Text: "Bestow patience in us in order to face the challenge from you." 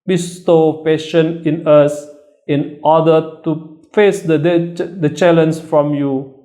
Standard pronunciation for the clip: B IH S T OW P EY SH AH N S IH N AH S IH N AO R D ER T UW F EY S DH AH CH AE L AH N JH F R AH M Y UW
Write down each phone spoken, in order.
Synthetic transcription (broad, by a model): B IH S T OW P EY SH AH N IH N AH S IH N AO D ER T UW F EY S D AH CH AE L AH N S F R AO M Y UW